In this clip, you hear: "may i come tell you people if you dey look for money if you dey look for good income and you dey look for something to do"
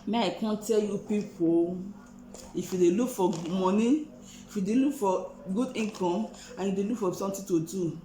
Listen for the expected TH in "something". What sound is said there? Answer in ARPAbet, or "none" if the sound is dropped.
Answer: T